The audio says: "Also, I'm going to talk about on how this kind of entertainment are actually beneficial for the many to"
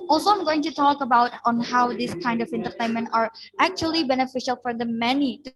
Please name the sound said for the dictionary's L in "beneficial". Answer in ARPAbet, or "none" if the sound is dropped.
L